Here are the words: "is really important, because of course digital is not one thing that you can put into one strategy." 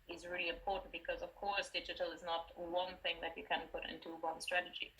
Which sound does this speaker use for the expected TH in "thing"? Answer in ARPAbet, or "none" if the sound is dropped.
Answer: TH